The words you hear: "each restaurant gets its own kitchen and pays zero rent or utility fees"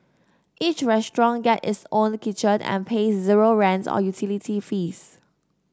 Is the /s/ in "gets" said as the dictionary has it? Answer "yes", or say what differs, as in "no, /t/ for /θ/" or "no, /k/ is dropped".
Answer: no, /s/ is dropped